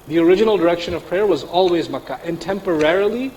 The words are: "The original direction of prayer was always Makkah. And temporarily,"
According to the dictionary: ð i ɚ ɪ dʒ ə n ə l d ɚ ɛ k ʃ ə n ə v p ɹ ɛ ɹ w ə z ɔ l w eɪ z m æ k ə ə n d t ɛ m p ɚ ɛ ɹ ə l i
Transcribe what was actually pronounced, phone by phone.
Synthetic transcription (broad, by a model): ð i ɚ ɪ dʒ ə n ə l d ɚ ɛ k ʃ ə n ə v p ɹ ɛ ɹ w ə z ɔ l w eɪ z m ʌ k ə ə n t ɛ m p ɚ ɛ ɹ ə l i